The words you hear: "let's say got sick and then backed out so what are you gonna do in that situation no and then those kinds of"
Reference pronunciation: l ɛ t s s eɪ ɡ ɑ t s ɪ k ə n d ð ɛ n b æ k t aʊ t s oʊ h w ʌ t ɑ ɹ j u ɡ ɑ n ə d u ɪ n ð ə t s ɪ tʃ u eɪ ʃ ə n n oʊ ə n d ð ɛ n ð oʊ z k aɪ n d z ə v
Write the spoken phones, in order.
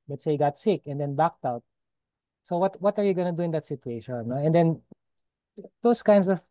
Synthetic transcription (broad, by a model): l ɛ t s s eɪ ɡ ɑ t s ɪ k ə n d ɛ n b æ k t aʊ t s oʊ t w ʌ t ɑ ɹ j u ɡ ɑ n ə d u ɪ n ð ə t s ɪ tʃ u eɪ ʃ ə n n oʊ ə n d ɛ n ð oʊ s k aɪ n d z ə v